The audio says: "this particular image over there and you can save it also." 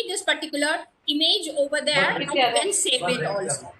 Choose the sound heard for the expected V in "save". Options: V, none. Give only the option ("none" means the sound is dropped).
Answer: none